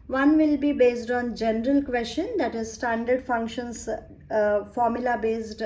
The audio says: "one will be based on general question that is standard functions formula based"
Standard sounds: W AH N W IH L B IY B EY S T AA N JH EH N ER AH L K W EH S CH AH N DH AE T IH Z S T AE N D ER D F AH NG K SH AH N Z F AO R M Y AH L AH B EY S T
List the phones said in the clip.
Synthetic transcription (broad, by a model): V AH N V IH L B IY B EY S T AA N JH EH N ER AH L K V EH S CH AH N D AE T IH Z S T AE N D ER D F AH NG K SH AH N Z F AO R M Y AH L AH B EY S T